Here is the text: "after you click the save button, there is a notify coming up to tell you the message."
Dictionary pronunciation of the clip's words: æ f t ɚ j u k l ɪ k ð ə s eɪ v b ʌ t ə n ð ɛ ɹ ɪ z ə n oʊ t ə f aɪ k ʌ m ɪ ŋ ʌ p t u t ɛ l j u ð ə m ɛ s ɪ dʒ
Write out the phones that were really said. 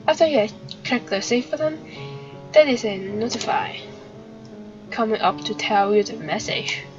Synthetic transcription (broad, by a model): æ f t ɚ j u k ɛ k ð ə s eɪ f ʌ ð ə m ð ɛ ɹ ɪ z ə n oʊ t ə f aɪ k ʌ m ɪ ŋ ʌ p t u t ɛ l j u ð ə m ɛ s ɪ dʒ